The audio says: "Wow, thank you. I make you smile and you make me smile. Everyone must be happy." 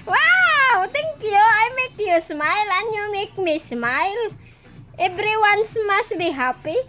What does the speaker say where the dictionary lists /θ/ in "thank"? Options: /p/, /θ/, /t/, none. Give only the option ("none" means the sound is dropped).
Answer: /t/